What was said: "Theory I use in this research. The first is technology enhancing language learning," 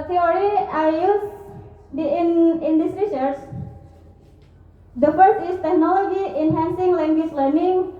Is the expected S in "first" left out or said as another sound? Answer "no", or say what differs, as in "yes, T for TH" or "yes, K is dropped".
yes, S is dropped